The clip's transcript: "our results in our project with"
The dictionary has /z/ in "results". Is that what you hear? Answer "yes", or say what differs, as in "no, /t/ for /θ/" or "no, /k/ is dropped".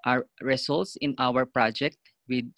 no, /s/ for /z/